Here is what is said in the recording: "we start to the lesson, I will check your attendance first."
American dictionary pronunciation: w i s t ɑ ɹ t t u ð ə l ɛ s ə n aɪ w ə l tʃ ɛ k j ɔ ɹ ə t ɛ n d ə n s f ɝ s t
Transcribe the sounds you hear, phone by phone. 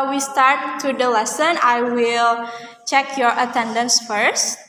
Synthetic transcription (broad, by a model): w i s t ɑ ɹ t t u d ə l ɛ s ə n aɪ w ə l tʃ ɛ k j ɔ ɹ ə t ɛ n d ə n s f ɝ s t